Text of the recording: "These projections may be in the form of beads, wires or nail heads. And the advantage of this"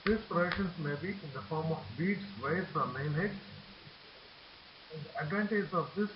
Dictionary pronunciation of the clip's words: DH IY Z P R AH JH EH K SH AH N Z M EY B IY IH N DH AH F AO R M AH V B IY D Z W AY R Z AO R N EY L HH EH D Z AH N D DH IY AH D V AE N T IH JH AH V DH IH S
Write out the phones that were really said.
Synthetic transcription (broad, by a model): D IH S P R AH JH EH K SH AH N S M EY B IY IH N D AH F AO R M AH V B IY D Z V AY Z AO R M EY N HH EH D AH N D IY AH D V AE N T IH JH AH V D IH S